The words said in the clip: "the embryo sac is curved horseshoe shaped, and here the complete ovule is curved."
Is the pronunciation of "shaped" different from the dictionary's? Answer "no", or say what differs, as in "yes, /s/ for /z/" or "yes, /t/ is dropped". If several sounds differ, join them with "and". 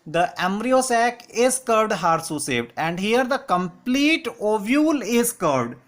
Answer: yes, /s/ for /ʃ/